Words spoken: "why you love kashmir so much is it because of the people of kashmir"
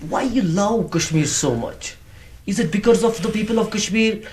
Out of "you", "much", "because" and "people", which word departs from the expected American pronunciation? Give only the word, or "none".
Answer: none